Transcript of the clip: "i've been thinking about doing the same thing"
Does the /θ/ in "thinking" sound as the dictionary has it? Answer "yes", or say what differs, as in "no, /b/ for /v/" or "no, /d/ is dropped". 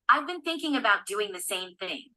yes